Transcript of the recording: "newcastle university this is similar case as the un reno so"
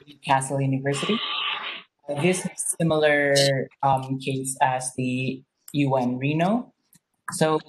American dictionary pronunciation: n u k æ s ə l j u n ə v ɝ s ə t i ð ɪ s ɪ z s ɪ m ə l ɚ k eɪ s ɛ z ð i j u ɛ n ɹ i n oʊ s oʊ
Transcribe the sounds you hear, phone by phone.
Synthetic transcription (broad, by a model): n k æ s l j u n ə v ɝ s ə t i ð ɪ s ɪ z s ɪ m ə l ɚ k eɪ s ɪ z ð i j u ɛ n ɹ i n oʊ s oʊ